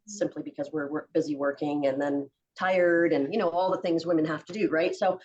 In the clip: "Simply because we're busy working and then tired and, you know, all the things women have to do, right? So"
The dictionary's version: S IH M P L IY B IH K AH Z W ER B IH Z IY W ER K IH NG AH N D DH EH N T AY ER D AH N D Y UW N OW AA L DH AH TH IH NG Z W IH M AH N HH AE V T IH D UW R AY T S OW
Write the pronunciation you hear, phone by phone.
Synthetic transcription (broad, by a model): S IH M P L IY B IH K AH Z W ER B IH Z IY W ER K IH NG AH N DH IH N T AY ER D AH N Y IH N OW AA L DH AH TH IH NG Z W IH M AH N HH AE F T IH D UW R AY T S OW